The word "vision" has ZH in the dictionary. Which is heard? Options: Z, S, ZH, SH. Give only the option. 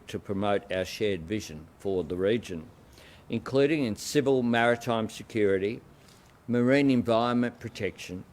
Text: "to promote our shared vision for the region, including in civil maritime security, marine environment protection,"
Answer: ZH